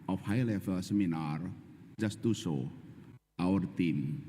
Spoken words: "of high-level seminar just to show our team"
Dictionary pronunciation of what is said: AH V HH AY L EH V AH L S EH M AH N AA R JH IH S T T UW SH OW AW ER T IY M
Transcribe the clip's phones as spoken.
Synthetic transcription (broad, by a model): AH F HH AY L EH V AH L S EH M AH N AA R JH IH S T T UW S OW AW ER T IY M